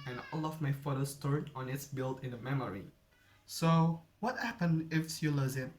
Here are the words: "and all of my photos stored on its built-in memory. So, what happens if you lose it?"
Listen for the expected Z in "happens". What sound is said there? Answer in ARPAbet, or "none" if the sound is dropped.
none